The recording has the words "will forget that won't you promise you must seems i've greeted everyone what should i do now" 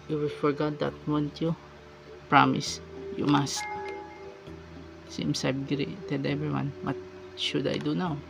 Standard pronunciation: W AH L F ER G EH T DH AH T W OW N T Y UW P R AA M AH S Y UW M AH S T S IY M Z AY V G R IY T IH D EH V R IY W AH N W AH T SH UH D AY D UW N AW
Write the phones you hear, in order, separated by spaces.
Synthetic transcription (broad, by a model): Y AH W F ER G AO T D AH T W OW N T Y UW P R AA M AH S Y UW M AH S T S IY M S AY B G R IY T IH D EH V R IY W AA N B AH T SH UH D AY D UW N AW